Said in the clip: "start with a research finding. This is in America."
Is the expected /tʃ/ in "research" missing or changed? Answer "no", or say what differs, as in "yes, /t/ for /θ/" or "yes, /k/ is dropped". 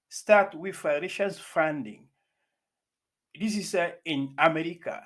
yes, /s/ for /tʃ/